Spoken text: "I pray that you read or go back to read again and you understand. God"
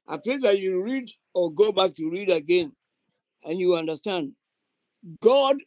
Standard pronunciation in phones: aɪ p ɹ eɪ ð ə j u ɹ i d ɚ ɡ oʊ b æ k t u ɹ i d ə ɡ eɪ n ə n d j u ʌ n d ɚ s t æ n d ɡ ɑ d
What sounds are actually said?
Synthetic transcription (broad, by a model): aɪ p eɪ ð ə j u ɹ i d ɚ ɡ oʊ b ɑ k t u ɹ i d ə ɡ eɪ n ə n j u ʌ n d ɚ s t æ n d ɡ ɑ d